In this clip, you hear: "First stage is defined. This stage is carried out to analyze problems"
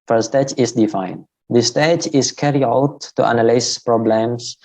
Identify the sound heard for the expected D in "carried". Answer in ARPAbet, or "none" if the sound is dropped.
none